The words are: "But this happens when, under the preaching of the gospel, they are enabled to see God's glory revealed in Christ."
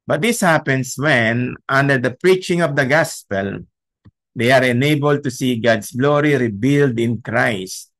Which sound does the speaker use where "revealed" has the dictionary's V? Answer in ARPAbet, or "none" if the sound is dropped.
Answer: B